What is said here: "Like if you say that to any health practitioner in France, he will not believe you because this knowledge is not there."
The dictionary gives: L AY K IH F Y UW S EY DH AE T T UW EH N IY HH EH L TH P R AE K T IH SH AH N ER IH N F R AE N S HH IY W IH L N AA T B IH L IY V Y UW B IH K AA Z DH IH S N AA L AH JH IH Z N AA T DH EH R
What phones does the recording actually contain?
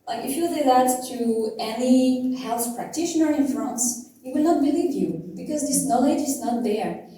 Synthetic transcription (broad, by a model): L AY K IH F Y UW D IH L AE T T UW EH N IY HH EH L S P R AE K T IH SH AH N ER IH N F R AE N S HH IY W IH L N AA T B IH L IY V Y UW B IH K AA Z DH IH S N AA L AH JH IH Z N AA T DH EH R